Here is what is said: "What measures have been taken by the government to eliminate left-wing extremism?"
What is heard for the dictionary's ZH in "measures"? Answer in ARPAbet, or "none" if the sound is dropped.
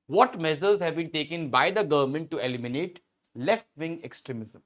Z